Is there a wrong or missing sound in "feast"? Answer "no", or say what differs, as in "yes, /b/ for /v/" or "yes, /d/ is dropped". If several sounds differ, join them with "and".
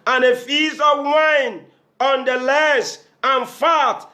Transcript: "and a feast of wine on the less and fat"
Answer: yes, /t/ is dropped